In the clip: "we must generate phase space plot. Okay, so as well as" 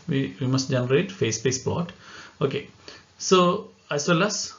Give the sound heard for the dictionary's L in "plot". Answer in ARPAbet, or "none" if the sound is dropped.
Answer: none